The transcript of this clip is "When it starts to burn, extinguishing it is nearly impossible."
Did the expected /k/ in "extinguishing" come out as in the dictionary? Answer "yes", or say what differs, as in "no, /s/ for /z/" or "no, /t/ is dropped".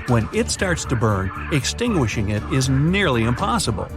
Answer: yes